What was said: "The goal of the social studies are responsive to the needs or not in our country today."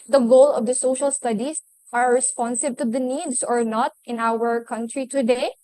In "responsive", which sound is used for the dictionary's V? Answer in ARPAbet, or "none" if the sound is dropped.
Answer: B